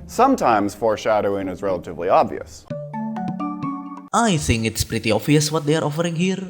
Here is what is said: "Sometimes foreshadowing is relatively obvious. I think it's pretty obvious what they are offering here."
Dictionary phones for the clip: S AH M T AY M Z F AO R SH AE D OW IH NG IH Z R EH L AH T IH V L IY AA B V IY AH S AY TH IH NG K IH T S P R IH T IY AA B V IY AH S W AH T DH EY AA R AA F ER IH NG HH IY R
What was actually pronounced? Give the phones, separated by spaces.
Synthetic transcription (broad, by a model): S AH M T AY M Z F AO R SH AE D OW IH NG IH Z R EH L AH T IH V L IY AA B V IY AH S AY TH IH NG K IH T S P R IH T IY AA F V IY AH S W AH T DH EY AA R AA F ER IH NG HH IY R